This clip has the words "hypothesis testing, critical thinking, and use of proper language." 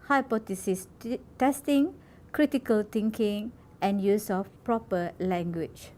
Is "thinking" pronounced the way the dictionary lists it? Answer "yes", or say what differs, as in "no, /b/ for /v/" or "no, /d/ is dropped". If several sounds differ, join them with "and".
no, /t/ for /θ/